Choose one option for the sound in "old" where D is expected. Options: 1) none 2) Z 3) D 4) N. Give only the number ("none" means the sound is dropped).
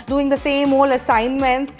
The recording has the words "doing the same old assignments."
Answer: 1